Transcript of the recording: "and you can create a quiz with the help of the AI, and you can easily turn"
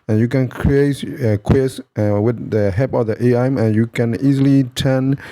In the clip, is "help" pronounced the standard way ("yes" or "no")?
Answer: no